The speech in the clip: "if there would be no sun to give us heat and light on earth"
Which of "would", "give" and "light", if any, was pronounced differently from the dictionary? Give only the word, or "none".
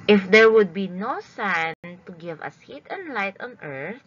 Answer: none